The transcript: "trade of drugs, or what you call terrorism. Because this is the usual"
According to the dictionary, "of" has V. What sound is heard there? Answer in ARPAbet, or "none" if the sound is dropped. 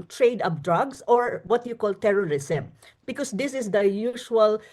P